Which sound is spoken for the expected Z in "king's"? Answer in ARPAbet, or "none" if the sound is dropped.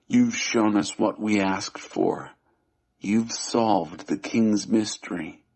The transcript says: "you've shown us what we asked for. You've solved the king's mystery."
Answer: Z